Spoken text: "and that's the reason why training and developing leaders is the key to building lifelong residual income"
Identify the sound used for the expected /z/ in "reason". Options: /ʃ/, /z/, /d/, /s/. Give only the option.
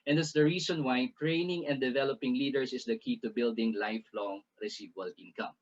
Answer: /s/